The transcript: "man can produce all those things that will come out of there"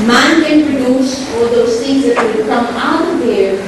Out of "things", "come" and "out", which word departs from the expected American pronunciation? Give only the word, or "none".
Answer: things